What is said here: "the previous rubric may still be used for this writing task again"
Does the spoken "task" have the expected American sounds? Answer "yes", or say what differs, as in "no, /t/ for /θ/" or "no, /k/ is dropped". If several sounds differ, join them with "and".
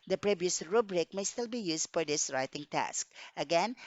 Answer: yes